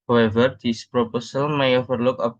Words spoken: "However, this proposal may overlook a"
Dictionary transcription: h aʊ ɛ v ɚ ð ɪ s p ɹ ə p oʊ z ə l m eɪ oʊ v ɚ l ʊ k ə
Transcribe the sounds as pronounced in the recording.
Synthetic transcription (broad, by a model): h aʊ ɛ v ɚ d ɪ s p ɹ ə p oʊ s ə l m eɪ oʊ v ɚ l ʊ k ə